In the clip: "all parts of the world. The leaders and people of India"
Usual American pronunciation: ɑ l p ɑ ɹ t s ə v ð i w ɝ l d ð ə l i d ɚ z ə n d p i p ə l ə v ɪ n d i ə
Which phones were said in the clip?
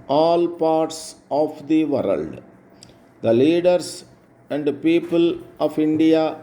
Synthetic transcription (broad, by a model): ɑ l p ɑ ɹ t s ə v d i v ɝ l d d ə l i d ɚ s ə n d p i p ə l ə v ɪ n d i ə